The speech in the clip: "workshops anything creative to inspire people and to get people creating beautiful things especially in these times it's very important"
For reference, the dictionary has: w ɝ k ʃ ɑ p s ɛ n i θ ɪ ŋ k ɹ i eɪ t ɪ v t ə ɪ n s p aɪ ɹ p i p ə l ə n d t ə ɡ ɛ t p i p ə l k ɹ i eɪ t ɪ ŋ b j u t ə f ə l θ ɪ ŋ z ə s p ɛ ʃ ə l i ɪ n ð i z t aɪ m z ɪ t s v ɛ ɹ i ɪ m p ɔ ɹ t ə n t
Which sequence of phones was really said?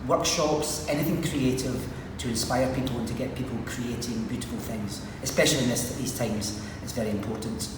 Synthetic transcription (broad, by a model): w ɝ k ʃ ɑ p s ɛ n i θ ɪ ŋ k ɹ i eɪ t ɪ v t ə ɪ n s p aɪ ɹ p i p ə l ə n t ə ɡ ɛ t p i p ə l k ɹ i eɪ t ɪ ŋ b j u t ə f ə l θ ɪ ŋ z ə s p ɛ ʃ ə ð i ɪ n ð i z t aɪ m z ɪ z v ɛ ɹ i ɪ m p ɔ ɹ t n t